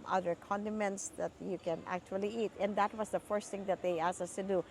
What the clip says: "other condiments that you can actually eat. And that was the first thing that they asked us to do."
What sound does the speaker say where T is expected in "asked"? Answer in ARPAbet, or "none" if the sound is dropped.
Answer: none